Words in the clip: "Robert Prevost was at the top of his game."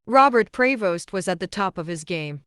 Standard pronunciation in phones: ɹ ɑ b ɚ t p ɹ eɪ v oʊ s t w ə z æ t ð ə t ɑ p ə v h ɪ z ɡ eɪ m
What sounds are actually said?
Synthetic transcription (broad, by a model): ɹ ɑ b ɚ t p ɹ eɪ v oʊ s t w ə z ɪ t ð ə t ɑ p ə v ɪ z ɡ eɪ m